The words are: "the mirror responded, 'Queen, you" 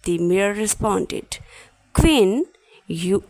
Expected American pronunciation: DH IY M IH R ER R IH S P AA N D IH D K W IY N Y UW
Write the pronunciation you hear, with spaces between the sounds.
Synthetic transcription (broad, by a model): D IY M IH ER R IH S P AA N D IH D K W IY N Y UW